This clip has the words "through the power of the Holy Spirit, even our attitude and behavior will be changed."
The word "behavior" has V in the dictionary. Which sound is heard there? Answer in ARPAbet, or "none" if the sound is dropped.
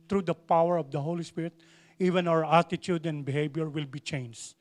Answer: B